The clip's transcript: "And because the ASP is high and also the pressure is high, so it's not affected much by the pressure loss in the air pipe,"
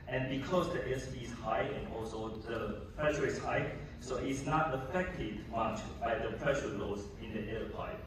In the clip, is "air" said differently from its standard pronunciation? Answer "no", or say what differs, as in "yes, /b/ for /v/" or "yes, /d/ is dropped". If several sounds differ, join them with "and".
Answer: yes, /l/ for /ɹ/